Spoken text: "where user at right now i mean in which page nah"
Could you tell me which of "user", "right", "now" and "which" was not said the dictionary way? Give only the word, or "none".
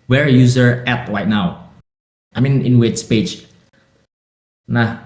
which